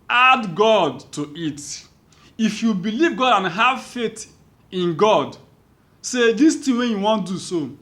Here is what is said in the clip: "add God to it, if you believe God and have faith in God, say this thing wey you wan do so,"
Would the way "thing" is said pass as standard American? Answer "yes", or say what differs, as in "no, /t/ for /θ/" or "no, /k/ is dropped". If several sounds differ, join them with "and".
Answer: no, /t/ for /θ/